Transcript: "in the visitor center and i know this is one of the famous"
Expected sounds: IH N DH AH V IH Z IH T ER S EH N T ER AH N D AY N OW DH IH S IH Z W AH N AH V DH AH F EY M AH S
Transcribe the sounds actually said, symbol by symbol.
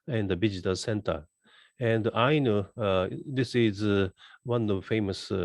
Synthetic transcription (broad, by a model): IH N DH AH B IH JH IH T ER S EH N T ER AH N D AY N OW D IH S IH Z W AH N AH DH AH F EY M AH S